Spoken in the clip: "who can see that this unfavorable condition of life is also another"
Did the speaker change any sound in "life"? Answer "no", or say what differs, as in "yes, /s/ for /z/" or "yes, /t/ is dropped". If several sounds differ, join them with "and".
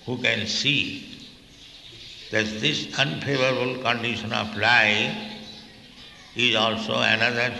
yes, /f/ is dropped